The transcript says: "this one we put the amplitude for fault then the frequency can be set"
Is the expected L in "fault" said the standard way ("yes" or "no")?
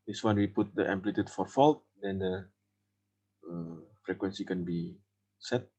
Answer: yes